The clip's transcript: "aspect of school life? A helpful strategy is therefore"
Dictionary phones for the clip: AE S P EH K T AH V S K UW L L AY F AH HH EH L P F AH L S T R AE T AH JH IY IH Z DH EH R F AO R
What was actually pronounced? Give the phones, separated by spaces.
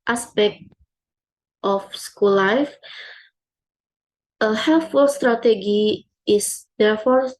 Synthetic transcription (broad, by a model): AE S P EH K T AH F S K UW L L AY F AH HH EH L F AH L S T R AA T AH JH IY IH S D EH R F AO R